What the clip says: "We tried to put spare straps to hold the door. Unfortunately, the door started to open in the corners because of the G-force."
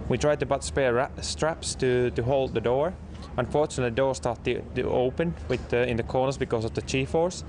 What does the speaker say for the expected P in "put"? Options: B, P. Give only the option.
B